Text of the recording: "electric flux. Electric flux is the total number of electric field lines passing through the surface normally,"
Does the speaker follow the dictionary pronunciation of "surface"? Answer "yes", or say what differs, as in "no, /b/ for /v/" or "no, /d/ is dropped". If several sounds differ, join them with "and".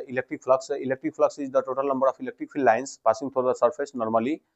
no, /p/ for /f/